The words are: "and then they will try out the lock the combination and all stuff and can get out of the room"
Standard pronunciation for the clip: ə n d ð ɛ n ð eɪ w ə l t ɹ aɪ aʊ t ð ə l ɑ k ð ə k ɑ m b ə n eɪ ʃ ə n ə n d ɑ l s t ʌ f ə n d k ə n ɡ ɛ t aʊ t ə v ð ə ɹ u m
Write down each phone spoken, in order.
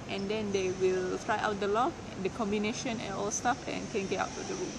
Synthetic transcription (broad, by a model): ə n d ɛ n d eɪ w ə l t ɹ aɪ aʊ t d ə l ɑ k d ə k ɑ m b ə n eɪ ʃ ə n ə n ɑ l s t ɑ f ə n k ə n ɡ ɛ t aʊ t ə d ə ɹ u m